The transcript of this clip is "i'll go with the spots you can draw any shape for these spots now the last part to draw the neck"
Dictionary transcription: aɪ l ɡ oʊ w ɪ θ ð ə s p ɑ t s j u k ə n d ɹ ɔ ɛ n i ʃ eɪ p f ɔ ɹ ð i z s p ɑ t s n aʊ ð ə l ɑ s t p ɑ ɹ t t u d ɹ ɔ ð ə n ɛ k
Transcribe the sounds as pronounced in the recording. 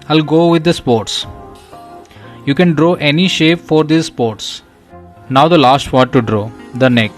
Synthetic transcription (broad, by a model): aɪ l ɡ oʊ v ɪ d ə s p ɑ t s j u k ə n d ɹ ɔ ɛ n i ʃ eɪ p f ɔ ɹ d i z s p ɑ t s n aʊ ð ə l ɑ s t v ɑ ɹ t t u d ɹ ɔ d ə n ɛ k